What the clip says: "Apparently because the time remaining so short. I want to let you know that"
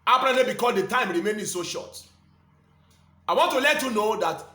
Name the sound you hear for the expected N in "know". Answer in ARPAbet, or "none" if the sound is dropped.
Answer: N